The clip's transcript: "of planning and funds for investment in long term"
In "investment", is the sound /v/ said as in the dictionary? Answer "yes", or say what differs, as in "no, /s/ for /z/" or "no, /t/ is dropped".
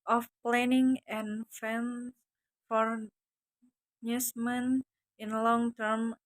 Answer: no, /v/ is dropped